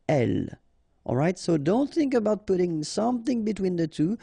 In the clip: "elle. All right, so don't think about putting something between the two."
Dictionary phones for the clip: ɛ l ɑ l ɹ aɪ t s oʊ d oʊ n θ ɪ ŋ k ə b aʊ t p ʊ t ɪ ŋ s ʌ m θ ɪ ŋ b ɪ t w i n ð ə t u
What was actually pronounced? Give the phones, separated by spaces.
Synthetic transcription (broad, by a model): ɛ l ɑ l ɹ aɪ t s oʊ d oʊ n θ ɪ ŋ k ə b aʊ t p ʊ t ɪ ŋ s ʌ m θ ɪ ŋ b ɪ t w i n ð ə t u